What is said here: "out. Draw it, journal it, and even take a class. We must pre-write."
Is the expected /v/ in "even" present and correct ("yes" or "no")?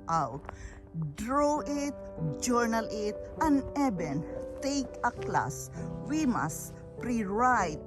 no